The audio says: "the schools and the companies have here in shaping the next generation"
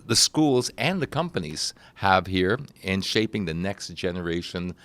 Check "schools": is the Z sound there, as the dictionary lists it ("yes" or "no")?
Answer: yes